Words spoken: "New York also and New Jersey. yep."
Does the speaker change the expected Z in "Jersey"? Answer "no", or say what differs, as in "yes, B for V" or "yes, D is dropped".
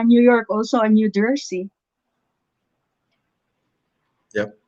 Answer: yes, S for Z